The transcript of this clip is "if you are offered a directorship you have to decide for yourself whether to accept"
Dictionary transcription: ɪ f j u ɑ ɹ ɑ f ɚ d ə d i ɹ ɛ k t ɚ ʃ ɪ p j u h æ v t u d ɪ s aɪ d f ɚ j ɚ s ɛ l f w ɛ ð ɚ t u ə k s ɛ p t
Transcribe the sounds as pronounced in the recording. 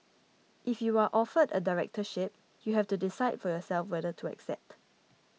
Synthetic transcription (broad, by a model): ɪ f j u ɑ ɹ ɑ f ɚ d ə d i ɹ ɛ k t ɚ ʃ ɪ p j u h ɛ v t u d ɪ s aɪ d f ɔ j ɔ s ɛ l f w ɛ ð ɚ t u ə k s ɛ p t